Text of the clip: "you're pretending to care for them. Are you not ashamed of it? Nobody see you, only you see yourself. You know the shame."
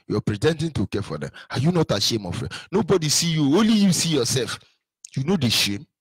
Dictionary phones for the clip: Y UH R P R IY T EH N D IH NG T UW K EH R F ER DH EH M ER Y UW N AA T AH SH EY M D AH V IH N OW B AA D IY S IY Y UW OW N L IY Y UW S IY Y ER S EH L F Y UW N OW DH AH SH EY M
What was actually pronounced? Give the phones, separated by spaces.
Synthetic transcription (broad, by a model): Y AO P R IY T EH N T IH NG T UW K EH F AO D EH M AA Y UW N AA T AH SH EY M AH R IH N OW B AA D IY S IY Y UW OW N L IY Y UW S IY Y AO S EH L F Y UW N OW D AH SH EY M